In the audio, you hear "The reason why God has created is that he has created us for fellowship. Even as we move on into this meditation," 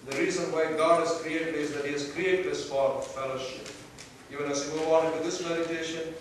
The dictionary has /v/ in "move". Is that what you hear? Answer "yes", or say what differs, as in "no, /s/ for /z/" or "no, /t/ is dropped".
no, /w/ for /v/